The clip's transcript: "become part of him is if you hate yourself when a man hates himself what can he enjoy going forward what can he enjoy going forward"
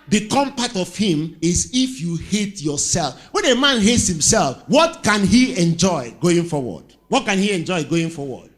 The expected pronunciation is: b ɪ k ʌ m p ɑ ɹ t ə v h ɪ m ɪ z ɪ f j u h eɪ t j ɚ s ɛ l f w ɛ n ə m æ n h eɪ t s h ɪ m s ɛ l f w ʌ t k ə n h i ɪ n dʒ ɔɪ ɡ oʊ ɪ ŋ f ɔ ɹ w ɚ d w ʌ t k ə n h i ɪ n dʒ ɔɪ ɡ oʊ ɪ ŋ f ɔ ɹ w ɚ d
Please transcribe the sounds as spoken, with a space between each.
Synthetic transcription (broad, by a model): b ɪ k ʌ m p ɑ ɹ t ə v h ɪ m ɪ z ɪ f j u h eɪ t j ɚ s ɛ l f w ɛ n ə m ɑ n h eɪ t s h ɪ m s ɛ l f w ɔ t k ə n h i ɪ n dʒ ɔɪ ɡ oʊ ɪ ŋ f ɔ w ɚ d w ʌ t k ə n h i ɪ n dʒ ɔɪ ɡ oʊ ɪ ŋ f ɔ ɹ w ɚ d